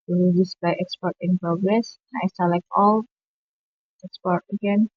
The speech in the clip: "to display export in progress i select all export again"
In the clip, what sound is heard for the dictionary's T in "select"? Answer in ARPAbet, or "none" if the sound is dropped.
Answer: none